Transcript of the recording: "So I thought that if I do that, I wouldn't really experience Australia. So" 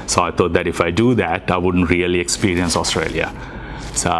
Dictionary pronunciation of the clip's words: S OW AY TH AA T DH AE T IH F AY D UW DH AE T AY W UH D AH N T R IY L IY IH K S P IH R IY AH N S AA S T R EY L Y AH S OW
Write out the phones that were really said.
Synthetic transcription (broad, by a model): S OW AY T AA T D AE T IH F AY D UW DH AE T AY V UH D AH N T R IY L IY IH K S P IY R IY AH N S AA S T R EY L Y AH S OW